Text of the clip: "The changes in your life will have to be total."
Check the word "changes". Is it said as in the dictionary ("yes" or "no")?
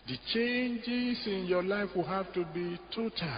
no